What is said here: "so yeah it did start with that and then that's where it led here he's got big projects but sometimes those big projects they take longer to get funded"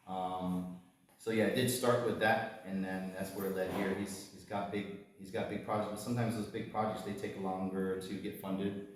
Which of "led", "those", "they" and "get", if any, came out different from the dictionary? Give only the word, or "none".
none